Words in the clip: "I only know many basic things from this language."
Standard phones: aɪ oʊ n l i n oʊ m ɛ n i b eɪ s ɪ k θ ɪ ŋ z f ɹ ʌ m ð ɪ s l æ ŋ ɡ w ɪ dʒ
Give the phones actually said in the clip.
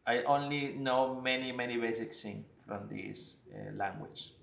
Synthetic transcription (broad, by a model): aɪ oʊ n l i n oʊ m ɛ n i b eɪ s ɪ k s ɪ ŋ f ɹ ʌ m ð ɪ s l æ ŋ ɡ w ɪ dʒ